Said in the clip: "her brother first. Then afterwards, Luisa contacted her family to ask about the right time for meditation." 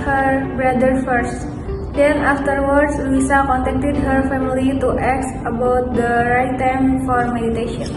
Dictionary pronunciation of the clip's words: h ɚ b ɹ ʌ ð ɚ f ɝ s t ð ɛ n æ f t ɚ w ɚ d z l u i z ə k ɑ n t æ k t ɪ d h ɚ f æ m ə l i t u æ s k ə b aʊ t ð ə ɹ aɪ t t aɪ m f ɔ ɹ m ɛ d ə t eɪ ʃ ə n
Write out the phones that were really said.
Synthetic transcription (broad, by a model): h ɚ b ɹ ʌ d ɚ f ɝ s t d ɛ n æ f t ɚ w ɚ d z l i s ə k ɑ n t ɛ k t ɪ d h ɚ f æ m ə l i t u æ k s ə b aʊ t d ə ɹ aɪ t t aɪ m f ɔ ɹ m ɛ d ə t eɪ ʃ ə n